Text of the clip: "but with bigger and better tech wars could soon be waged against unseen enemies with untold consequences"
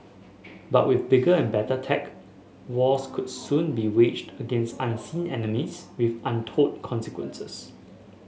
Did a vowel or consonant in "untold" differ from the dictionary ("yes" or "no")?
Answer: yes